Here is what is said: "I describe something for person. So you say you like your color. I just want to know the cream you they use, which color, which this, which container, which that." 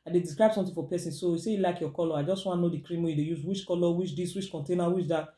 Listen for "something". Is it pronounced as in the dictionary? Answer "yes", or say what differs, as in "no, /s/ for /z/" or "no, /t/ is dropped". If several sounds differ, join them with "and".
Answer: no, /t/ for /θ/